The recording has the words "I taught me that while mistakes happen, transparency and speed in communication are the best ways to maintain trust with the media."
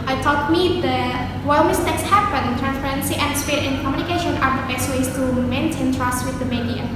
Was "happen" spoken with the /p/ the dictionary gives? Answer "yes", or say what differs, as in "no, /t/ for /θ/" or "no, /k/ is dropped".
no, /b/ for /p/